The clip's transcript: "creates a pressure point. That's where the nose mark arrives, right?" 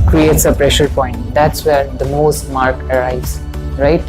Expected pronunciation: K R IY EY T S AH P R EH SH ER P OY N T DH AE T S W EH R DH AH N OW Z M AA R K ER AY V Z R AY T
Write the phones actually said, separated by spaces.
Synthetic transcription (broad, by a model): K R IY EY T S AH P R EH SH ER P OY N T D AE T S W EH R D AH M OW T M AA R K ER AY Z R AY T